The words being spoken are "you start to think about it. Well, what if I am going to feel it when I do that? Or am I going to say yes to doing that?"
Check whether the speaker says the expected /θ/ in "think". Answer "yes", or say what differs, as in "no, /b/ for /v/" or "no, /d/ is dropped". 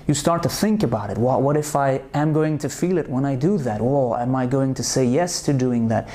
yes